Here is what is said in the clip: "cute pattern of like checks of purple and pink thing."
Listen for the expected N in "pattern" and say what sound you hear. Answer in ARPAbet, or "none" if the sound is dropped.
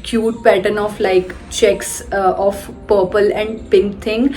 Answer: N